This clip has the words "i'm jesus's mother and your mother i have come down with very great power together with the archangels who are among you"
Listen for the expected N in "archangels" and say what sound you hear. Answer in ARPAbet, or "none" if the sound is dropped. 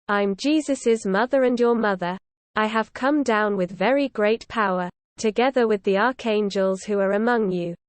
N